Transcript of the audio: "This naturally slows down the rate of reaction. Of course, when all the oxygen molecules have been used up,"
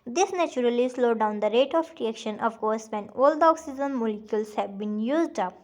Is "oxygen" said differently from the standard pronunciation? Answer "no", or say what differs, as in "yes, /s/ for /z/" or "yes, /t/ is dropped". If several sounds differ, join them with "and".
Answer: yes, /z/ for /dʒ/